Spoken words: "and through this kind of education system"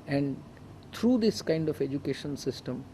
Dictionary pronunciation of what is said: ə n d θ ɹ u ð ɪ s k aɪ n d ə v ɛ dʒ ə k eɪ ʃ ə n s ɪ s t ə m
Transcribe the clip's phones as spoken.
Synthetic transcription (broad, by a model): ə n d t ɹ u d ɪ s k aɪ n d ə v ɛ dʒ ə k eɪ ʃ ə n s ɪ s t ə m